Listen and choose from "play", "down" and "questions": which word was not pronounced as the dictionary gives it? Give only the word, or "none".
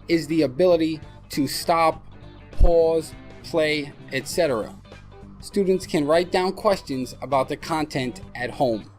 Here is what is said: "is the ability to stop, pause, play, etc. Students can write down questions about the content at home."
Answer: none